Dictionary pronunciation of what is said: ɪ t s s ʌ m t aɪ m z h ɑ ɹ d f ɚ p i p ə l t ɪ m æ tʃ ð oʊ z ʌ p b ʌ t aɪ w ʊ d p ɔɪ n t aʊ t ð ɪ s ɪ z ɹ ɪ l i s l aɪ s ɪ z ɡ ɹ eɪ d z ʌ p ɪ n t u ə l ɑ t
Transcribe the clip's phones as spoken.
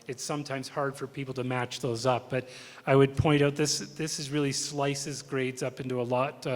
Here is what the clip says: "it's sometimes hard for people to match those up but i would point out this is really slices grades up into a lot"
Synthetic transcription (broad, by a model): ɪ t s s ʌ m t aɪ m z h ɑ ɹ d f ɚ p i p l t ɪ m æ tʃ ð oʊ z ʌ p b ʌ t aɪ w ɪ d p ɔɪ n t aʊ t ð ɪ s ɪ z ɹ ɪ l i s l aɪ s ɪ z ɡ ɹ eɪ d z ʌ p ɪ n t u ə l ɑ t